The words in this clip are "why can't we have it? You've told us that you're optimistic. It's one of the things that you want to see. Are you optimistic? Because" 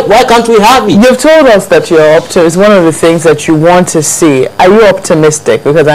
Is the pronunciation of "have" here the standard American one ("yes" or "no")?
no